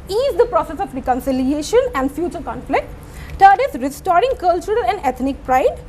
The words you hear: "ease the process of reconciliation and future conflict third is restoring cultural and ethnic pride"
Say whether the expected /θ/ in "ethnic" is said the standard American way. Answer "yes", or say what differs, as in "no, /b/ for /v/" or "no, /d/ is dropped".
no, /t/ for /θ/